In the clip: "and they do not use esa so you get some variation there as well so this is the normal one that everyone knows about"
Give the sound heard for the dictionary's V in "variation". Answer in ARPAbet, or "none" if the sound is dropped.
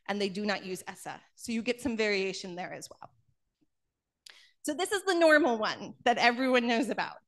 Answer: V